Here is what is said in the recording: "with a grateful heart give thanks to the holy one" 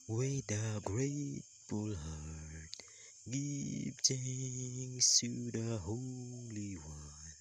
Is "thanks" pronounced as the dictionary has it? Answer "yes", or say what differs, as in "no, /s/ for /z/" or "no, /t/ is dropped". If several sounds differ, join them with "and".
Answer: no, /k/ is dropped